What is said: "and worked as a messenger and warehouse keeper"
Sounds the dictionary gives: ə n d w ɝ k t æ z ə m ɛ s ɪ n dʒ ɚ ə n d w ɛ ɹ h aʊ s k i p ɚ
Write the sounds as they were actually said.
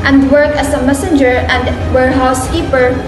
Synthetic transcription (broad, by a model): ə n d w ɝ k æ s ə m ɛ s ɪ n dʒ ɚ ə n d w ɛ ɹ h aʊ s k i p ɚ